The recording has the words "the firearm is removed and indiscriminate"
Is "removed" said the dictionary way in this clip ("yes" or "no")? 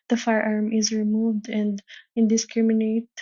yes